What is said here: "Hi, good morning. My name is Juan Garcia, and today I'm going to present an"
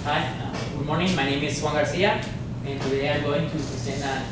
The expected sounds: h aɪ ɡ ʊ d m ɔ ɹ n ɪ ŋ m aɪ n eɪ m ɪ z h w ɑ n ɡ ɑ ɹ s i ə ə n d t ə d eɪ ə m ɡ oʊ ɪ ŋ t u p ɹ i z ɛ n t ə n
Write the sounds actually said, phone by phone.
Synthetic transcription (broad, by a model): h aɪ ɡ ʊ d m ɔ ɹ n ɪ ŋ m aɪ n eɪ m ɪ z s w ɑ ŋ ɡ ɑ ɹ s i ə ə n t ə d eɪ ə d ɡ oʊ ɪ ŋ t u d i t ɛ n ə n